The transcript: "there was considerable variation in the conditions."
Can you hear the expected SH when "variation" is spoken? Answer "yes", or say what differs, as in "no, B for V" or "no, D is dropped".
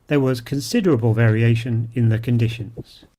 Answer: yes